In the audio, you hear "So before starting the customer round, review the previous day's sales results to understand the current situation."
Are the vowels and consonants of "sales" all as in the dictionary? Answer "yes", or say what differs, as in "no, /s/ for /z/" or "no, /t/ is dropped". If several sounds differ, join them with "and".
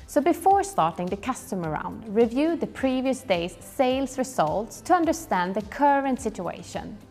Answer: no, /s/ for /z/